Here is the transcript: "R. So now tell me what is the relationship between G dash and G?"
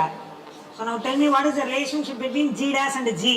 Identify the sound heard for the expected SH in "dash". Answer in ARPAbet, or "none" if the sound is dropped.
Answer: S